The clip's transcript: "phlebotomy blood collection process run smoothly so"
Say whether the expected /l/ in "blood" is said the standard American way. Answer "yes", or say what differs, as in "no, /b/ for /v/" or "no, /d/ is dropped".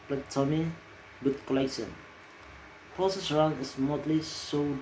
no, /l/ is dropped